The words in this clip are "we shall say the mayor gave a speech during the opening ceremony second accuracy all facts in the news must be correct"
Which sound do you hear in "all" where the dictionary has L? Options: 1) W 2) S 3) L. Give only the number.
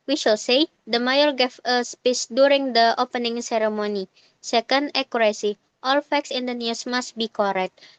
3